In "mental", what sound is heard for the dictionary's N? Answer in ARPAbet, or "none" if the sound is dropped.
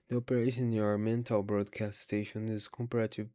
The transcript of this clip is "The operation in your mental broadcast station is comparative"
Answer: N